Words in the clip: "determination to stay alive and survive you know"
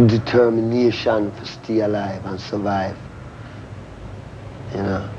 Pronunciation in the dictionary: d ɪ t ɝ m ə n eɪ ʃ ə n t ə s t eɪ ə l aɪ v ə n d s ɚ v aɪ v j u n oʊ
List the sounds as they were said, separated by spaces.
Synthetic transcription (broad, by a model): d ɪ t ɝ m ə n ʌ ʃ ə n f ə s t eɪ ə l aɪ v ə n s ɚ v aɪ v j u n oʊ